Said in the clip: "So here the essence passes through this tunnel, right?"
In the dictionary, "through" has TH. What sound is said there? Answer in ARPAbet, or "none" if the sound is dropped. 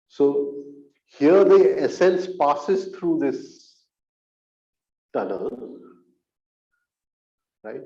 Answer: T